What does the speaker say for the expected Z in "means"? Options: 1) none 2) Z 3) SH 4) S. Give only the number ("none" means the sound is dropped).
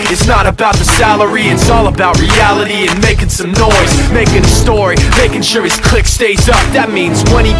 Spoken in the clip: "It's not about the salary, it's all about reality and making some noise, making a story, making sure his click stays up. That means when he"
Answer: 2